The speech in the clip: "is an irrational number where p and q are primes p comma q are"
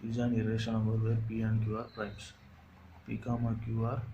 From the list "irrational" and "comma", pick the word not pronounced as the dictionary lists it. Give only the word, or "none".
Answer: irrational